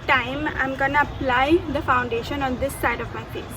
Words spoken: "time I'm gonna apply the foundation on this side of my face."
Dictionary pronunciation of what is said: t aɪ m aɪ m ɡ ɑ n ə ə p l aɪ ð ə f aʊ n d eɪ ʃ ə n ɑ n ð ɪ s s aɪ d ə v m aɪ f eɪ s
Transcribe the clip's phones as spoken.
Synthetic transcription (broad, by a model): t aɪ m aɪ m ɡ ɑ n ə ə p l aɪ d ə f aʊ n d eɪ ʃ ə n ɑ n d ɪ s s aɪ d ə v m aɪ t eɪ